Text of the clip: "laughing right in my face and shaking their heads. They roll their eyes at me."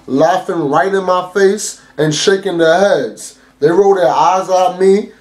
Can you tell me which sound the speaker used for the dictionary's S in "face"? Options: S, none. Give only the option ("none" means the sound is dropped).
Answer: S